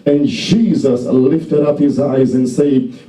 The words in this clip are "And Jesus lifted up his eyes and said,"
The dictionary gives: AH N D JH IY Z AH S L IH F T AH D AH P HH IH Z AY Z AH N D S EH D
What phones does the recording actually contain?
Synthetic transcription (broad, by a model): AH N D JH IY Z AH S L IH F T AH D AH P HH IH Z AY Z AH N S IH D